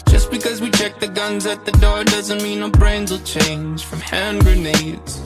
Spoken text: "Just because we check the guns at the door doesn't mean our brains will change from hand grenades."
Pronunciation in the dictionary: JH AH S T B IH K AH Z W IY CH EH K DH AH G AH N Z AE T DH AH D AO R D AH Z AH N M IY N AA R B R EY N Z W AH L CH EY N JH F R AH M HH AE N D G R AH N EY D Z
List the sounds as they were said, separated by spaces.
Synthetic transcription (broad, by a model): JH AH S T B IH K AH Z W IY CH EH K DH AH G AH N Z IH T DH AH D AO R D AH Z AH N M IY N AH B R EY N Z L CH EY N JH F R AH M HH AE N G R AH N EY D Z